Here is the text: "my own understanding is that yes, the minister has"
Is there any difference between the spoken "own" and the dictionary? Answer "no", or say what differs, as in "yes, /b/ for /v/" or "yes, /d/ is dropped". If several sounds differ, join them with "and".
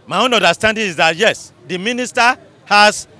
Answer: no